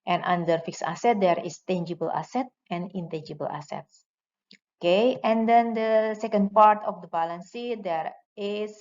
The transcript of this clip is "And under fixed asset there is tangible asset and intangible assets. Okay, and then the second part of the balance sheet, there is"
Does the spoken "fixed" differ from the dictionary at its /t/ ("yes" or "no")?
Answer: yes